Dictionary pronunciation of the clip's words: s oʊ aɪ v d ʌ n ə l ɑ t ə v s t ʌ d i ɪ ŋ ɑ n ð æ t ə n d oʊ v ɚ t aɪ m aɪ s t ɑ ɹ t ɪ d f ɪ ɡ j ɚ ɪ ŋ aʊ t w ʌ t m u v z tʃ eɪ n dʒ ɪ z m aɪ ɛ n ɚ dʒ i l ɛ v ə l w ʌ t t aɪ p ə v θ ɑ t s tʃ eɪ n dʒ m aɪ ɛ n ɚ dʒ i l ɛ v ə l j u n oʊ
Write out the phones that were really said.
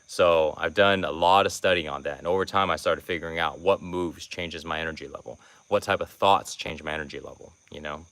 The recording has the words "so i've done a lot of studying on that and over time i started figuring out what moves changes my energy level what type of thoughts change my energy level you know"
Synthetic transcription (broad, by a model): s oʊ aɪ v d ʌ n ə l ɑ t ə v s t ʌ d i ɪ n ð æ t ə n oʊ v ɚ t aɪ m aɪ s t ɑ ɹ t ɪ d f ɪ ɡ j ɚ ɪ ŋ aʊ t w ʌ t m u v z tʃ eɪ n dʒ ɪ z m aɪ ɛ n ɚ dʒ i l ɛ v l w ʌ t t aɪ p ə v θ ɑ t s tʃ eɪ n dʒ m aɪ ɛ n ɚ dʒ i l ɛ v l j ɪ n oʊ